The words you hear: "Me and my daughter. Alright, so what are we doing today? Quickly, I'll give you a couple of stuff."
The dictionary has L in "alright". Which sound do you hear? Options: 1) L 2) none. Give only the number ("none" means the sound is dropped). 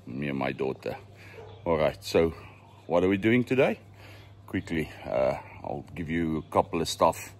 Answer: 1